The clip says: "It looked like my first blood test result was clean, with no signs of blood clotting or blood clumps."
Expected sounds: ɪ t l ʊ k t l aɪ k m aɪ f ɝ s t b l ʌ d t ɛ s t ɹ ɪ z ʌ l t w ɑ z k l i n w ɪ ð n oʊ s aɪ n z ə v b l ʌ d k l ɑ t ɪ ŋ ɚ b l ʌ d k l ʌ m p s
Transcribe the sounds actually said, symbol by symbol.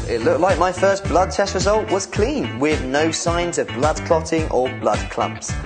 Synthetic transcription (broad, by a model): ɪ t l ʊ k t l aɪ k m aɪ f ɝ s b l ʌ d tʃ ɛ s ɹ ɪ z ʌ l t w ɑ z k l i n w ɪ ð n oʊ s aɪ n z ə v b l ʌ d k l ɑ t ɪ ŋ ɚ b l ʌ d k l ʌ m p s